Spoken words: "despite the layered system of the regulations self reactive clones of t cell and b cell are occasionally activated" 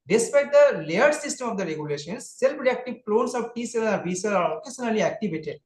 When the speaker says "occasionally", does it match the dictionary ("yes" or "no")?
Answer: no